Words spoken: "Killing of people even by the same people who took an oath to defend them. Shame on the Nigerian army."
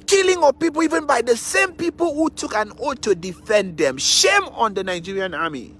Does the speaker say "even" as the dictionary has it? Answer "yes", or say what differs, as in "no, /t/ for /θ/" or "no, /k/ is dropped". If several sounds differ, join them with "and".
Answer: yes